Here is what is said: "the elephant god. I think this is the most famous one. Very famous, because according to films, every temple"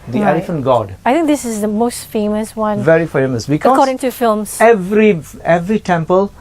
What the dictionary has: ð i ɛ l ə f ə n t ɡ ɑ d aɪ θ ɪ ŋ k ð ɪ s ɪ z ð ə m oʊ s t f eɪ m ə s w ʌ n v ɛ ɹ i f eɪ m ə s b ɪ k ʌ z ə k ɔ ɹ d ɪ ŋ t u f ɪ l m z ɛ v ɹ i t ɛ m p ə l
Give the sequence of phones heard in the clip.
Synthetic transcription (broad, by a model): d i ɛ l ə f ə n t ɡ ɑ d aɪ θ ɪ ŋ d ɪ s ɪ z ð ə m oʊ s t f eɪ m ə s w ʌ n v ɛ ɹ i f eɪ m ə s b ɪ k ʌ ə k ɔ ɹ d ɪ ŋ t u f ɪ l m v ɛ v ɹ i t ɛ m p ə l